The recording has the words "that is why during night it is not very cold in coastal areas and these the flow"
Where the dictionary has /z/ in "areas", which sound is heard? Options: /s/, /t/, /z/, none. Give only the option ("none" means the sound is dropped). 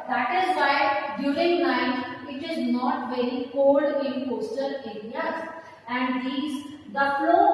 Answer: none